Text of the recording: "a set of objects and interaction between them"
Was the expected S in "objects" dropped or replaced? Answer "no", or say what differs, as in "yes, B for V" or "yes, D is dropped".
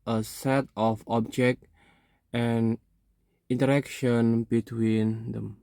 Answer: yes, S is dropped